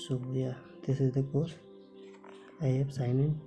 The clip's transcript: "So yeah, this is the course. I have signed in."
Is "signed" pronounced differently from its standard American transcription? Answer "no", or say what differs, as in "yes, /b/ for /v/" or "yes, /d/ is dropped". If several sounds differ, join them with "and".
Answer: yes, /d/ is dropped